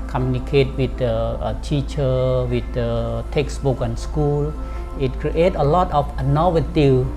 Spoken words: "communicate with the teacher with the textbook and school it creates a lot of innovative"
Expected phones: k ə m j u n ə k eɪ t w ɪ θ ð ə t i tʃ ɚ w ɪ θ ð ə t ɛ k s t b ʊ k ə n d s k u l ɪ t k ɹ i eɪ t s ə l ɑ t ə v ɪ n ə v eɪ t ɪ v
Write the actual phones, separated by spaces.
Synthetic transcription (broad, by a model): k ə m j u n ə k eɪ t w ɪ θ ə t i tʃ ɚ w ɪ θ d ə t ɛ k s b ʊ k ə n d s k u l ɪ t k ɹ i eɪ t ə l ɑ t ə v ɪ n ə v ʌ t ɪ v